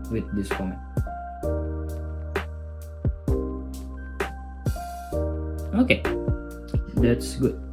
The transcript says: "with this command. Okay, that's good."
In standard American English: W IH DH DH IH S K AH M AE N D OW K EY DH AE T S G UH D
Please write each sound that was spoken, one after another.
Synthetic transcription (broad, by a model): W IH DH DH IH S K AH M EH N OW K EY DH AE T S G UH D